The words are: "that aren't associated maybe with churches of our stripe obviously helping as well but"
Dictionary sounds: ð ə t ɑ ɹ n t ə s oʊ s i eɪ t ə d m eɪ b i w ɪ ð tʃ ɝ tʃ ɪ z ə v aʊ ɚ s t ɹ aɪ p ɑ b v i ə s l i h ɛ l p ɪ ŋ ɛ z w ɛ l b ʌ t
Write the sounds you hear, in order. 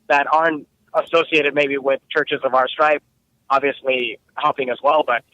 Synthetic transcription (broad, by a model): ð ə t ɑ ɹ n t ə s oʊ s i eɪ t ə d m eɪ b i w ɪ ð tʃ ɝ tʃ ɪ z ə v aʊ ɚ s t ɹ aɪ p ɑ b v i ə s l i h ɛ l p ɪ ŋ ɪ z w ɛ l b ʌ t